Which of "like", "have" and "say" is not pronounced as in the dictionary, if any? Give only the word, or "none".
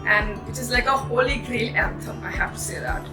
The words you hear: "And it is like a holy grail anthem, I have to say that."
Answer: have